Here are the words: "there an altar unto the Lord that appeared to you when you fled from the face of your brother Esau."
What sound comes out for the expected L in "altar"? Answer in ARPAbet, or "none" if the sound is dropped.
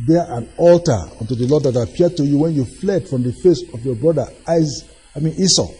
L